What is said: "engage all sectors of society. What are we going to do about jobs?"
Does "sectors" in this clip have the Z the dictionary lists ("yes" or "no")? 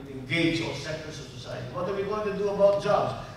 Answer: no